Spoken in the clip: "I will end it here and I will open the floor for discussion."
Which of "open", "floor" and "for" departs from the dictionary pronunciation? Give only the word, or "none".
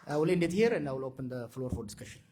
none